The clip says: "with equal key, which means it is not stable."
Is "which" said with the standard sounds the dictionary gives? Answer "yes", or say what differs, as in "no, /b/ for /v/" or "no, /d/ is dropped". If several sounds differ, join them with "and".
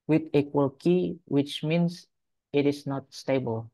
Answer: yes